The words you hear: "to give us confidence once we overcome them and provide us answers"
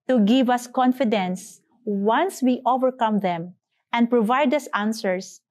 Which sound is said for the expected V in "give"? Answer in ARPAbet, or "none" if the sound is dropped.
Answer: V